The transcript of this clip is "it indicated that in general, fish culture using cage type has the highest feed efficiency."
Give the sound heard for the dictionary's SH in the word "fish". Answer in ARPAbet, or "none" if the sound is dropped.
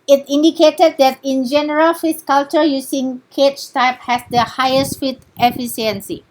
S